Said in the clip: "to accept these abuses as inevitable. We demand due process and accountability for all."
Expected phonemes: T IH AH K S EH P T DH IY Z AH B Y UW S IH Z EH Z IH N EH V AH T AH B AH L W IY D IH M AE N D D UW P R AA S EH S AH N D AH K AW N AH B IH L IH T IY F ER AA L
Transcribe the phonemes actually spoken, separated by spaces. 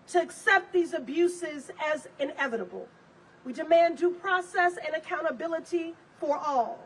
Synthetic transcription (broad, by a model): T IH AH K S EH P T DH IY Z AH B Y UW S IH Z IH Z IH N EH V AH T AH B L W IY D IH M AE N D D UW P R AA S EH S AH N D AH K AW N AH B IH L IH T IY F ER AA L